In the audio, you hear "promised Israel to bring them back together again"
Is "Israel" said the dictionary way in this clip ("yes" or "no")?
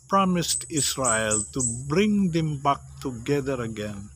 no